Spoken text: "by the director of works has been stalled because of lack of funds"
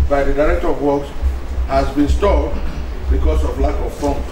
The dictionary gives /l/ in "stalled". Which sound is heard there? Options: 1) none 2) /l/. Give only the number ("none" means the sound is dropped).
1